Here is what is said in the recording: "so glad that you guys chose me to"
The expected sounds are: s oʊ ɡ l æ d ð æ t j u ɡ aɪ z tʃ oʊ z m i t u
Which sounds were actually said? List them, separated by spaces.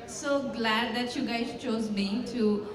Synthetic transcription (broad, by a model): s oʊ ɡ l æ d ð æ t j u ɡ aɪ z tʃ oʊ z m i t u